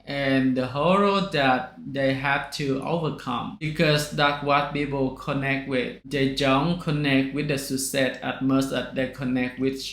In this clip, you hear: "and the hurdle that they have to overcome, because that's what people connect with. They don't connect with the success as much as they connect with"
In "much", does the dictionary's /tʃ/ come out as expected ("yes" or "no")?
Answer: no